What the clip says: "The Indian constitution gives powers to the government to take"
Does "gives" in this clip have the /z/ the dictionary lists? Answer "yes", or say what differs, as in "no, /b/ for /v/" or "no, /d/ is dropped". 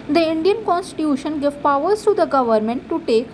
no, /z/ is dropped